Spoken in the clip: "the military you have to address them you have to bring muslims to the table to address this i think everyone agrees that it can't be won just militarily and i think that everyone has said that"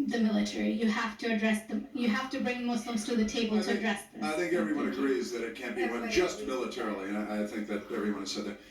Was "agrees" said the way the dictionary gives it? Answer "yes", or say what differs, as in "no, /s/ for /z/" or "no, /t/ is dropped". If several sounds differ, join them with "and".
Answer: yes